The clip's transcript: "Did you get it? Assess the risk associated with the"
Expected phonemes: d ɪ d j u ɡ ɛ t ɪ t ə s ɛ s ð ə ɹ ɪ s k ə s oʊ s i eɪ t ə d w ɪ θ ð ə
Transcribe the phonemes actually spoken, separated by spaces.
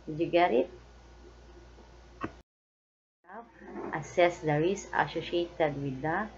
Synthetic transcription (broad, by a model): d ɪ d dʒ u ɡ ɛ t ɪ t ə s ɛ s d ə ɹ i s ə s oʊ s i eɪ t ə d w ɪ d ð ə